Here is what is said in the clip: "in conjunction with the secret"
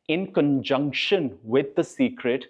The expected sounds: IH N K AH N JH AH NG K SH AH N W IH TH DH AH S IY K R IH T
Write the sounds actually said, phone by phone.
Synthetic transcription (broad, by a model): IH N K AH N JH AH NG K SH AH N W IH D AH S IY K R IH T